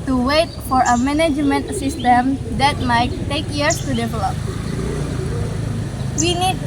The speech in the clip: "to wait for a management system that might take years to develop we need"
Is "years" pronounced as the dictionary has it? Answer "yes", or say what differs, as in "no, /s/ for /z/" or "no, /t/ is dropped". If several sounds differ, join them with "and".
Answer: no, /s/ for /z/